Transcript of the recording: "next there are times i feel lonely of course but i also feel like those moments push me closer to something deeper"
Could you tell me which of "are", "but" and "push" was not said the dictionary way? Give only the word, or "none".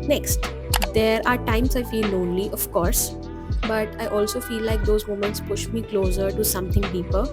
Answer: none